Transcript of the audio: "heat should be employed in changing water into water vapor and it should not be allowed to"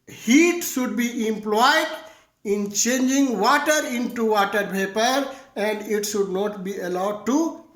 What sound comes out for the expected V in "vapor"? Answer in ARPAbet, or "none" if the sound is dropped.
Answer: P